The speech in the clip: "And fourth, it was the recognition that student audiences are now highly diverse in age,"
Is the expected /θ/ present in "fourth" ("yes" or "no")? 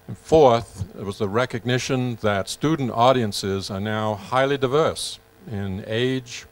yes